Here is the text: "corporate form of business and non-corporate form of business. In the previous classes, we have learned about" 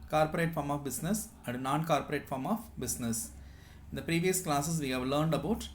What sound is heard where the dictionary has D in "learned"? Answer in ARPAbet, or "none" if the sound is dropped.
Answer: D